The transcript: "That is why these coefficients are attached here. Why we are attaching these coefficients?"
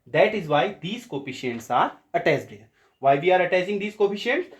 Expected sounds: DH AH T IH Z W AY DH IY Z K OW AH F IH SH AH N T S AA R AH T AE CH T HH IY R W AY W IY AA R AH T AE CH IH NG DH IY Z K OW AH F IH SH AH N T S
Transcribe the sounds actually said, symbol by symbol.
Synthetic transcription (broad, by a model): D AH T IH Z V AY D IY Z K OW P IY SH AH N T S AA R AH T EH S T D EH R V AY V IY AA R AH T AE S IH NG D IY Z K OW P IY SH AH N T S